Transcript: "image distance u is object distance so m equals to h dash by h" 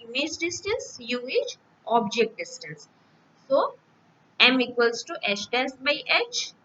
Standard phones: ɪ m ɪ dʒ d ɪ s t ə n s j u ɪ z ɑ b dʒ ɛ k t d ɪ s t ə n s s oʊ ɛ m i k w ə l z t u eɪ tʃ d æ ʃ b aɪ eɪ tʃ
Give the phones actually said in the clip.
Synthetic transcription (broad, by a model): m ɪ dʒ d ɪ s t ə n s j u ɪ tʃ ɑ b dʒ ɛ k t d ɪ s t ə n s s oʊ ɛ m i k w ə l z t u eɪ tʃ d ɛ s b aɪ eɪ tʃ